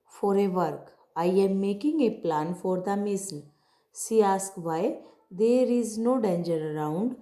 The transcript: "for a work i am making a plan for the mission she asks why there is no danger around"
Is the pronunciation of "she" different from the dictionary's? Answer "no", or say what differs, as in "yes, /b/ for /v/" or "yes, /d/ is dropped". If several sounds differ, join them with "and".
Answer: yes, /s/ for /ʃ/